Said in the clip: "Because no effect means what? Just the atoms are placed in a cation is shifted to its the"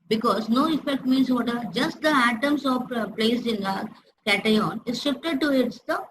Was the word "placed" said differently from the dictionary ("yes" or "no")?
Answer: yes